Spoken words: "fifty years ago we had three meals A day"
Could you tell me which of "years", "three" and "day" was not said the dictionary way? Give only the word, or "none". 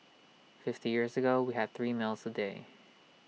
none